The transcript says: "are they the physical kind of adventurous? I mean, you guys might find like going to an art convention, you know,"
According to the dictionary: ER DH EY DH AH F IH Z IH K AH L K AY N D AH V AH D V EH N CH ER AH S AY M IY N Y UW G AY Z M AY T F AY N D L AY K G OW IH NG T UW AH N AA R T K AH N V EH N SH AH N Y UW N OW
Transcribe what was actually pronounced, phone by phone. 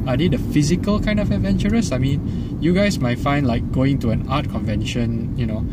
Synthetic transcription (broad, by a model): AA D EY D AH F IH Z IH K AH L K AY N D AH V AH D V EH N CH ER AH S AY M IY N Y UW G AY S M AY T F AY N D L AY K G OW IH NG T UW AH N AA T K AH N V EH N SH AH N Y UW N OW